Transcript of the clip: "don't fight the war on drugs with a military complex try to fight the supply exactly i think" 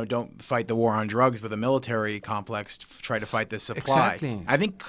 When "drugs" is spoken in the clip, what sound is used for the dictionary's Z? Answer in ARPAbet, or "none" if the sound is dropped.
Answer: Z